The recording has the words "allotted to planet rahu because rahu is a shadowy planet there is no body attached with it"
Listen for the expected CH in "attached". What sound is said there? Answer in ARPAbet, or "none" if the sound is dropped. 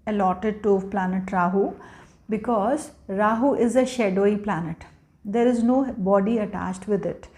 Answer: CH